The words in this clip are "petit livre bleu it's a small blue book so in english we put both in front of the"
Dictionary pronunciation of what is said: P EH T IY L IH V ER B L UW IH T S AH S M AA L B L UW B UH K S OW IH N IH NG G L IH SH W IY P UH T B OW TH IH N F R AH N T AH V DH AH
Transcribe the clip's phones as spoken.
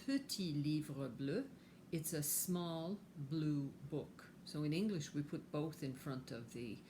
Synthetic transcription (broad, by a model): P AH T IY L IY V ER B L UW IH T S AH S M AA L B L UW B UH K S OW IH N IH NG G L IH SH W IY P UH T B OW TH IH N F R AH N T AH V DH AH